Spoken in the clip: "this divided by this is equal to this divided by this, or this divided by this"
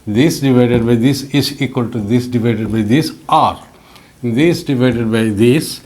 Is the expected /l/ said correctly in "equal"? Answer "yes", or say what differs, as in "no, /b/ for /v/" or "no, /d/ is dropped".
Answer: yes